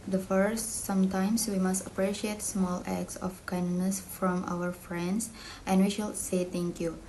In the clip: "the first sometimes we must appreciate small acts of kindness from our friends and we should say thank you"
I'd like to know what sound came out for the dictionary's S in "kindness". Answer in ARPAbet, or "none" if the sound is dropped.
S